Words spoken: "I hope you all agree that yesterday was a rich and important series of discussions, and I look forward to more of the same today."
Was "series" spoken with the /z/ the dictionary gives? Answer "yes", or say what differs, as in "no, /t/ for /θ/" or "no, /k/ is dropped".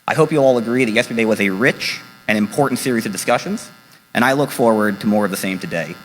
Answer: yes